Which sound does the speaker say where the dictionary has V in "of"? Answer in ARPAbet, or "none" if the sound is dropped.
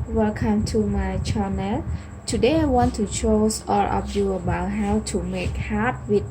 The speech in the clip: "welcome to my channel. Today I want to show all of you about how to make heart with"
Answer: P